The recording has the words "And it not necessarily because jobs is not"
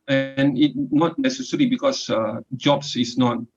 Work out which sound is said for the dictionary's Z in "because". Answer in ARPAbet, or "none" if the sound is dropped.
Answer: none